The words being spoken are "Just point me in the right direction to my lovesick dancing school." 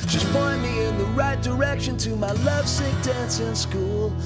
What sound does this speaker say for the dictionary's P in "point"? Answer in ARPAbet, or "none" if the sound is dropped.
B